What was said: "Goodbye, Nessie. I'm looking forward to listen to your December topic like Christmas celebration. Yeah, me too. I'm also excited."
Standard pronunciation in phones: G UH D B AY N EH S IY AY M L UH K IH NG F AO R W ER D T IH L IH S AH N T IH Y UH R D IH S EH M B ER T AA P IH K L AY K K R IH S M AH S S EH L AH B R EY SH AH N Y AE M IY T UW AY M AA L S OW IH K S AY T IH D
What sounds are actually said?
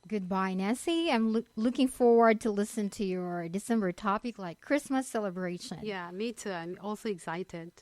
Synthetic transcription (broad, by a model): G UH D B AY N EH S IY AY M L UH K IH NG F AO R W ER D T IH L IH S AH N T IH Y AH R D IH S EH M B ER T AA P IH K L AY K K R IH S M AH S S EH L AH B R EY SH AH N Y AE M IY T UW AY M AA L S OW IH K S AY T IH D